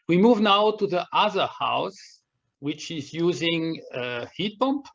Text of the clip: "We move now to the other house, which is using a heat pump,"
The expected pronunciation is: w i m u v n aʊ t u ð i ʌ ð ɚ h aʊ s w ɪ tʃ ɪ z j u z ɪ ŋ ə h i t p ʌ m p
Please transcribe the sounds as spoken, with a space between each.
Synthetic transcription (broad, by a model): w i m u v n aʊ t u ð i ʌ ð ɚ h aʊ s w ɪ tʃ ɪ z j u z ɪ ŋ ə h i t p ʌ m p